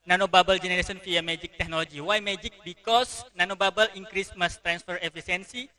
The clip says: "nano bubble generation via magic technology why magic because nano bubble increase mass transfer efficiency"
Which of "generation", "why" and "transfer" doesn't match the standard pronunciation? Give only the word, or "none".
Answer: generation